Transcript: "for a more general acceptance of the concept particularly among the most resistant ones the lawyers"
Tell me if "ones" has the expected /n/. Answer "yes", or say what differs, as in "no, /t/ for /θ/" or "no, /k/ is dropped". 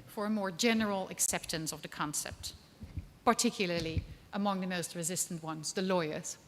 yes